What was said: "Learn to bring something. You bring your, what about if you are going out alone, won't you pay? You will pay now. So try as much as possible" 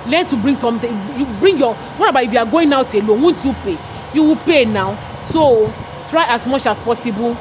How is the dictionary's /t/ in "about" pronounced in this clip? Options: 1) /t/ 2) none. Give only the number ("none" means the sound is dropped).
2